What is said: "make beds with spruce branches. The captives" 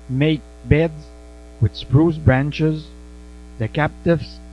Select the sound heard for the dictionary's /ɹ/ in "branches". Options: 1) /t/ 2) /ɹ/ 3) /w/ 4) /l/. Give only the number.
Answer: 2